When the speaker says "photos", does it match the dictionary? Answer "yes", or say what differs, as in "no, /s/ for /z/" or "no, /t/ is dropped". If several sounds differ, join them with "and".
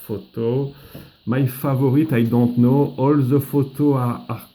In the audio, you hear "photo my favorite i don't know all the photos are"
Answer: no, /z/ is dropped